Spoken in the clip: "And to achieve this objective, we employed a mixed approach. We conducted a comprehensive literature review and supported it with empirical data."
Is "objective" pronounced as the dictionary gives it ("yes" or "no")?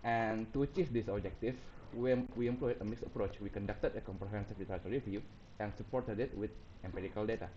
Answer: no